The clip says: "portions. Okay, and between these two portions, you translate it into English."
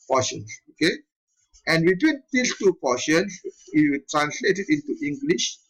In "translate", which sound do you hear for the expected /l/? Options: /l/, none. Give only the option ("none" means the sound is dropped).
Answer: /l/